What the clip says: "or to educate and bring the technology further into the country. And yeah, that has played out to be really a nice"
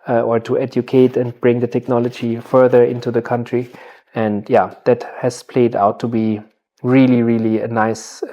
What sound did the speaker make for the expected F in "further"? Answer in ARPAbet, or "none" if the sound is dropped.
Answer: F